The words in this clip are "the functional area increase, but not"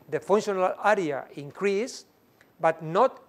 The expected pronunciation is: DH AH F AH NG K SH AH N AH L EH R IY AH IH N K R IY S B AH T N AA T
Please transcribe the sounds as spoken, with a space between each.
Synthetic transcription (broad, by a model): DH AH F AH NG SH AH N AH L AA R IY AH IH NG K R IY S B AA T N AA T